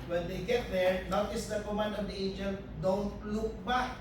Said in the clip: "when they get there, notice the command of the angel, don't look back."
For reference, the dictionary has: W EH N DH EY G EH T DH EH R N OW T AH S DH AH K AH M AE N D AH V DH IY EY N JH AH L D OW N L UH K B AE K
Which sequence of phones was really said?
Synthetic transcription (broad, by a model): W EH N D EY G EH T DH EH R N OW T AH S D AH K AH M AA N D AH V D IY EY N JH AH N D OW N L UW K B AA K